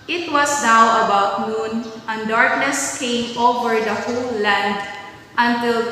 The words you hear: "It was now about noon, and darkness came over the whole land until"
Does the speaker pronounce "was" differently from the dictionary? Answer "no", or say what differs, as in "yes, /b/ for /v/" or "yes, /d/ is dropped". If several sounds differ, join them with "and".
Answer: yes, /s/ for /z/